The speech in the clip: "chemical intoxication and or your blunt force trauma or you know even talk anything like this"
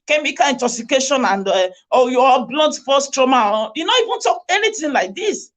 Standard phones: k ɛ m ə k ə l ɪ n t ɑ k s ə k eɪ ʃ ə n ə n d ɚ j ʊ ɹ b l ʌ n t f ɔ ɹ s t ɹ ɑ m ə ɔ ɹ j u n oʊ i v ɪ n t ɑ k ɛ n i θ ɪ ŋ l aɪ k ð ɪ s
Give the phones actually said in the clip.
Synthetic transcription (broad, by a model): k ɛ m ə k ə ɪ n t ɑ k s ə k eɪ ʃ ə n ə n d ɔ j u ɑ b l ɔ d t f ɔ s t ɹ ɑ m ə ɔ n j u n oʊ i v ɪ n t ɑ k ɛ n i t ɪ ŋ l aɪ k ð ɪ s